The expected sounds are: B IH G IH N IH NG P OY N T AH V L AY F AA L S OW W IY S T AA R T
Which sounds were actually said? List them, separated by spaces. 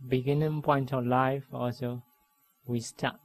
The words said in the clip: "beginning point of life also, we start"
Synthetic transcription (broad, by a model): B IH G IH N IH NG P OY N T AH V L AY F AA L S OW W IY S T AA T